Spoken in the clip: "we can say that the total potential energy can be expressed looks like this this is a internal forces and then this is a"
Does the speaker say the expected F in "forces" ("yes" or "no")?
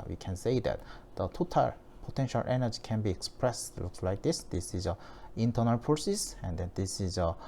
no